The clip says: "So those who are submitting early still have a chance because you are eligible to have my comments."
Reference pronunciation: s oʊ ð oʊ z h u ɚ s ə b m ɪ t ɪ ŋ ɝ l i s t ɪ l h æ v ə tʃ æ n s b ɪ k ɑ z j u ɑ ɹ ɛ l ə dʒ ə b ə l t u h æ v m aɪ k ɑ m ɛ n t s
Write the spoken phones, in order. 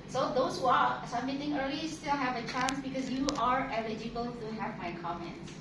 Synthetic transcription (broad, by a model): s oʊ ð oʊ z h u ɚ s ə m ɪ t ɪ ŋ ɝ l i s t ɪ l h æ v ə tʃ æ n s b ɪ k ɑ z j u ɑ ɹ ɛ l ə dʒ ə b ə l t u h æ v m aɪ k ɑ m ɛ n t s